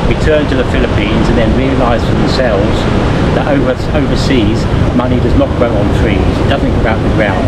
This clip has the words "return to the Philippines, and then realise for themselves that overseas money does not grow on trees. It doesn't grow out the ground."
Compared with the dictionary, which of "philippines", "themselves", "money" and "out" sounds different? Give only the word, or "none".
none